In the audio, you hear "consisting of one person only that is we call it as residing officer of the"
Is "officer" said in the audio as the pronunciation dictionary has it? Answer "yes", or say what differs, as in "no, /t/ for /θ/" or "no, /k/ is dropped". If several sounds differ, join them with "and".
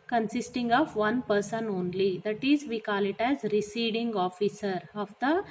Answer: yes